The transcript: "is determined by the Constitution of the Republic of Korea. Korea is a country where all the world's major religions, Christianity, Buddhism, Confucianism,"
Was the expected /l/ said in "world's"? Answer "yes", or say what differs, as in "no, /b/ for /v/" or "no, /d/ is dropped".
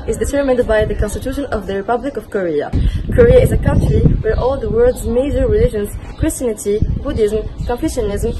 no, /l/ is dropped